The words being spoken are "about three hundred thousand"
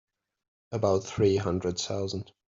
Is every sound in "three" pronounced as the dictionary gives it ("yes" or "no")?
yes